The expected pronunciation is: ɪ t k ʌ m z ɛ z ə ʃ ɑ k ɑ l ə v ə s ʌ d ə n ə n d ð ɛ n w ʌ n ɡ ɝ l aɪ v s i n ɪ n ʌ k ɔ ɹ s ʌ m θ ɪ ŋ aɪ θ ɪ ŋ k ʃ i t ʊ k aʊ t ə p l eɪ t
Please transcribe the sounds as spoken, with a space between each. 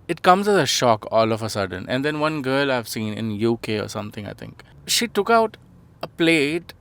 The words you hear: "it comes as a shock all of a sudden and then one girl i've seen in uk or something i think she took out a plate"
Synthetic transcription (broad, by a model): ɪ t k ʌ m z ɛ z ə ʃ ɑ k ɑ l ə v ə s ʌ d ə n ə n d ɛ n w ʌ n ɡ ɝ l aɪ v s i n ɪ n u k ɔ ɹ s ʌ m t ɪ ŋ aɪ t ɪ ŋ k ʃ i t ʊ k aʊ t ə p l eɪ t